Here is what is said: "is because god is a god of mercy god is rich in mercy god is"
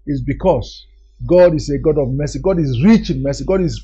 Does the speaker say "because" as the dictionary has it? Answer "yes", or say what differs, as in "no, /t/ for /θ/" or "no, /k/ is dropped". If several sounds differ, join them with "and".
no, /s/ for /z/